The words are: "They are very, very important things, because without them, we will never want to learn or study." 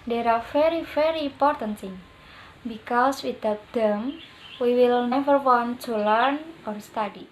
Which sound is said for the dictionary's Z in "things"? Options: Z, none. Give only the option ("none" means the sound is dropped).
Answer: none